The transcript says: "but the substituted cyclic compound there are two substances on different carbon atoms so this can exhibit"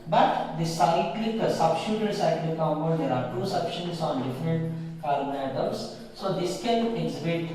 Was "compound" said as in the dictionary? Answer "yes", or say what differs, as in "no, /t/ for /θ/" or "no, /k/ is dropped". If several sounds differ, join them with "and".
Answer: no, /n/ is dropped